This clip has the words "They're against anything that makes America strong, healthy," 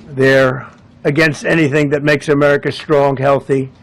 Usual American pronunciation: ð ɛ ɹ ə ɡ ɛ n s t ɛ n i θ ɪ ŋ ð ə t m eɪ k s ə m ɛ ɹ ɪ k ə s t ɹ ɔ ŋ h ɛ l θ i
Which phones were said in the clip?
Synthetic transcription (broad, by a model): ð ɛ ɹ ə ɡ ɛ n s t ɛ n i θ ɪ ŋ ð ə t m eɪ k s ə m ɛ ɹ ɪ k ə s t ɹ ɔ ŋ h ɛ l θ i